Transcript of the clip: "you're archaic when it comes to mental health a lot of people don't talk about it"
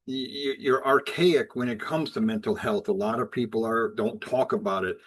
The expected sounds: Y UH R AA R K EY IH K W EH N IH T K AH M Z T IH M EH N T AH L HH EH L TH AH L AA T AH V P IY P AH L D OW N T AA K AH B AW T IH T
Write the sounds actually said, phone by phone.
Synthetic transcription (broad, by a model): Y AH R AA R K EY IH K W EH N IH T K AH M Z T IH M EH N T L HH EH L TH AH L AA T AH V P IY P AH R D OW N T AA K AH B AW T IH T